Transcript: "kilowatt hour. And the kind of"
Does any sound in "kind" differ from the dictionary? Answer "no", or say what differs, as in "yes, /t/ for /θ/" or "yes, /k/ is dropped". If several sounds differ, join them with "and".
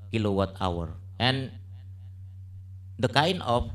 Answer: yes, /d/ is dropped